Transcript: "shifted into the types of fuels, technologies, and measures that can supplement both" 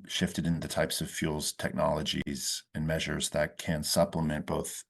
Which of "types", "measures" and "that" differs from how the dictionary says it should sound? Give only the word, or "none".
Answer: none